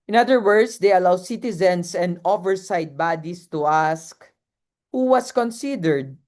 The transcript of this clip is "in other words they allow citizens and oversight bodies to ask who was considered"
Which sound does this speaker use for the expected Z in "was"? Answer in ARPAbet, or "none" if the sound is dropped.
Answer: S